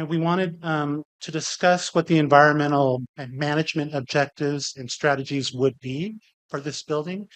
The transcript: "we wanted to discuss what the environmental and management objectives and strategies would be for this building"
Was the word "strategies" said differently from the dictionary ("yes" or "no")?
no